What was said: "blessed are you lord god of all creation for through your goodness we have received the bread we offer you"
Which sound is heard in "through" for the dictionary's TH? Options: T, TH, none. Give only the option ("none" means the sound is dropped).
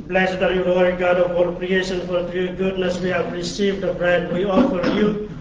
T